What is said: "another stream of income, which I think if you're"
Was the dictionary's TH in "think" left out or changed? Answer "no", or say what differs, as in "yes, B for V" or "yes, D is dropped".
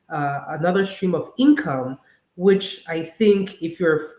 no